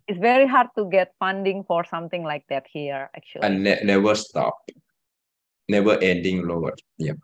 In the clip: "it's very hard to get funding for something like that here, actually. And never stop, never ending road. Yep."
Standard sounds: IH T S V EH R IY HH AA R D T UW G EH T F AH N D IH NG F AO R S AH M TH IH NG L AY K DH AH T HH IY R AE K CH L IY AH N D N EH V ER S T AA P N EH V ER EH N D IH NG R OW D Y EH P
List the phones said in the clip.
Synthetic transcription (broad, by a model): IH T S V EH R IY HH AA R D T UW G EH T F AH N D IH NG F AO R S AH M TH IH NG L AY K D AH T HH IY R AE K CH IY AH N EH N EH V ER S T AA P N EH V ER EH N D IH NG L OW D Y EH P